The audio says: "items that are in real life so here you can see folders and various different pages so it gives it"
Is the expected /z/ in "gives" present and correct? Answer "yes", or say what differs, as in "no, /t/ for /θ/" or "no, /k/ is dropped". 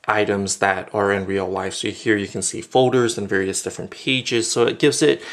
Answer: yes